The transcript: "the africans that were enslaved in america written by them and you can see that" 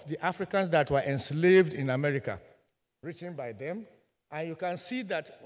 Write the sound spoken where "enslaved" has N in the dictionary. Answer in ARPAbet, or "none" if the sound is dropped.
N